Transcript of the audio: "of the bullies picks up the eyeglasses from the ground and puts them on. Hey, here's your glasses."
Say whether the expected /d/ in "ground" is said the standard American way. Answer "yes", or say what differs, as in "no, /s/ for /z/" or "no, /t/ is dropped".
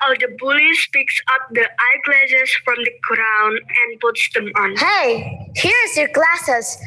no, /d/ is dropped